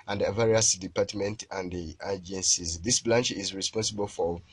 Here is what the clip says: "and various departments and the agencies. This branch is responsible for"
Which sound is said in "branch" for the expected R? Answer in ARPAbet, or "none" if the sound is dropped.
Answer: L